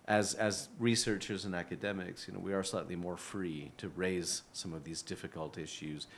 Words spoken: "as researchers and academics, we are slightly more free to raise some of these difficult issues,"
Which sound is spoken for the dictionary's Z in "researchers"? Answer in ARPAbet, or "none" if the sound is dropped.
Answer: Z